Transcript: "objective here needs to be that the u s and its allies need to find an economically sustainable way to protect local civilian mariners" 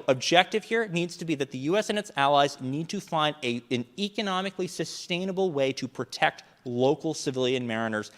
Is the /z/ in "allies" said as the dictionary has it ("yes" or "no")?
yes